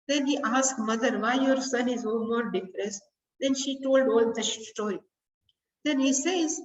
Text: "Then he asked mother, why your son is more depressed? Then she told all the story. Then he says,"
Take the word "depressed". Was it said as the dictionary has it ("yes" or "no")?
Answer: no